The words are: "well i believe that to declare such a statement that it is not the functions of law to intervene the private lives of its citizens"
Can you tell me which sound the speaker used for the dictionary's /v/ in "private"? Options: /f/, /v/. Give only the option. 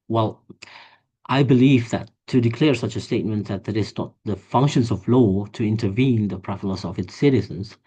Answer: /f/